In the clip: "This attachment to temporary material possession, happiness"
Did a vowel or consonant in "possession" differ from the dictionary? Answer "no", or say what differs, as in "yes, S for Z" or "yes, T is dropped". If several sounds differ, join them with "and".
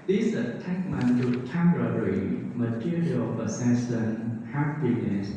yes, S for Z